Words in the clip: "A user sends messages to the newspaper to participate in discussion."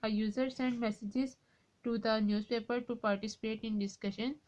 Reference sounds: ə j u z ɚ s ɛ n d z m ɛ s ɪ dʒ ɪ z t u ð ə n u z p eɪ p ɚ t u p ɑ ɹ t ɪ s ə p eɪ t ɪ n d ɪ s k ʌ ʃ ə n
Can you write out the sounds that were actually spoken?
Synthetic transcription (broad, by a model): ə j u z ɚ s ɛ n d m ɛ s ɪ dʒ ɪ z t u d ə n u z p eɪ p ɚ t u p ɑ ɹ t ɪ s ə p eɪ t ɪ n d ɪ s k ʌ ʃ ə n